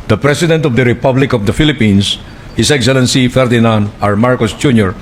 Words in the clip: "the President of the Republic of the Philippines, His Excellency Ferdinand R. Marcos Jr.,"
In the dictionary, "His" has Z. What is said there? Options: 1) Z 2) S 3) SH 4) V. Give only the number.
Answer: 2